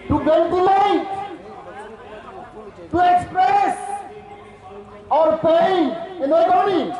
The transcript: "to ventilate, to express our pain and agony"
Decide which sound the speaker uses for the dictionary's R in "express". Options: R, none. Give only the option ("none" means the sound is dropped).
R